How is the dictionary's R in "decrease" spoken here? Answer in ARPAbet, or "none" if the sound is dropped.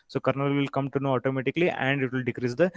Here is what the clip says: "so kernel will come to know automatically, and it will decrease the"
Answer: R